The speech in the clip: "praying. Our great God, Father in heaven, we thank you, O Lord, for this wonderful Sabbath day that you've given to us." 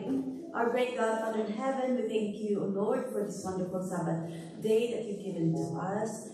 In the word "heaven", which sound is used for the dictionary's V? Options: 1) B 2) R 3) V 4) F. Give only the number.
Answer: 3